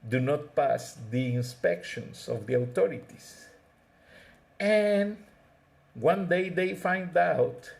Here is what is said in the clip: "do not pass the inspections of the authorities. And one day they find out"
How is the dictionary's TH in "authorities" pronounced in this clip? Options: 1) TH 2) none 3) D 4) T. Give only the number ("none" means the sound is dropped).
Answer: 4